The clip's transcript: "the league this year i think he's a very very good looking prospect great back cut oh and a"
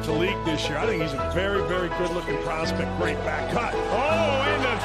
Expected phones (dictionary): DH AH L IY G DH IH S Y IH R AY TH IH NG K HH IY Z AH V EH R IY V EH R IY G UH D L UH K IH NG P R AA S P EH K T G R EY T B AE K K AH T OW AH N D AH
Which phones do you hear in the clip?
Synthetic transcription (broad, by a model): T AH L IY G DH IH S Y IH R AY TH IH NG K HH IY Z AH V EH R IY V EH R IY G UH D L UH K IH NG P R AA S P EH K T G R EY T B AE K K AH T OW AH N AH